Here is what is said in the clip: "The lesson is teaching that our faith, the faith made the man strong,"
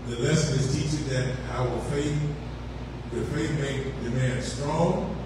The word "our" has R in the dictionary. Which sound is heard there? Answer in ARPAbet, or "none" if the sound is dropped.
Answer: W